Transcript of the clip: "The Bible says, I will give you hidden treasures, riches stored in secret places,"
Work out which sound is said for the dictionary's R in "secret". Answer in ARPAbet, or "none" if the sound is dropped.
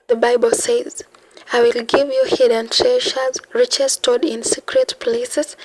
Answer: R